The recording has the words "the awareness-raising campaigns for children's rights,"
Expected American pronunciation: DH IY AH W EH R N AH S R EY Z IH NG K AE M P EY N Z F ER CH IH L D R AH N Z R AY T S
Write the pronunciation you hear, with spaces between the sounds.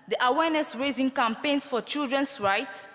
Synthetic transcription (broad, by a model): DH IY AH W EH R N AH S R EY Z IH NG K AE M P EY N S F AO CH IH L D R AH N S R AY T